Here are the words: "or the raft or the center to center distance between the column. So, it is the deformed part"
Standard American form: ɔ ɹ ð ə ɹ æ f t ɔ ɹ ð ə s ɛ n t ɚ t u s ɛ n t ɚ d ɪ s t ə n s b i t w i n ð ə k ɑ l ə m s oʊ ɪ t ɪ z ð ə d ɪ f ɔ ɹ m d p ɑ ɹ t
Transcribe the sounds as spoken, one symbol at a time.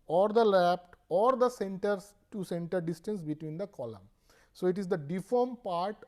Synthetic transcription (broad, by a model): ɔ ɹ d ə l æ p t ɔ ɹ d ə s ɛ n t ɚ t u s ɛ n t ɚ d ɪ s t ə n s b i t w i n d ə k ɑ l ə m s oʊ ɪ t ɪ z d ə d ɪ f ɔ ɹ m p ɑ ɹ t